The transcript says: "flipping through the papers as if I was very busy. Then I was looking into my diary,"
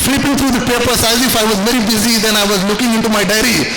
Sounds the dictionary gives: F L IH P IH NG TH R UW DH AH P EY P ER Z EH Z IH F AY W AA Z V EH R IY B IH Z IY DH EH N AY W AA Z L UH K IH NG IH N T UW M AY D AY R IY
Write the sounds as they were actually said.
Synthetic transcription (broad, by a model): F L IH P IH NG T R UW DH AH P EY P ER S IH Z IH F AY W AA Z V EH R IY B IH Z IY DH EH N AY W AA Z L UH K IH NG IH N T UW M AY D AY R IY